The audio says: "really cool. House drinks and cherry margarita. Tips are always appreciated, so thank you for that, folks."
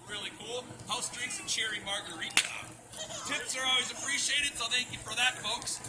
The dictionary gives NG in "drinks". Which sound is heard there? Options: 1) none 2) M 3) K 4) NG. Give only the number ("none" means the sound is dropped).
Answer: 1